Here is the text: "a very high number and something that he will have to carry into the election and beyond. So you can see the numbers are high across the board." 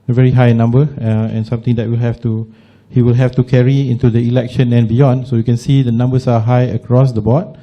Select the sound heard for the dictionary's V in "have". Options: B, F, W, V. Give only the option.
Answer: F